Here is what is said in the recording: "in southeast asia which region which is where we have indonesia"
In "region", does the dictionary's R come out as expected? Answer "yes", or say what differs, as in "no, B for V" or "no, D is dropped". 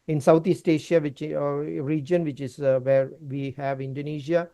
yes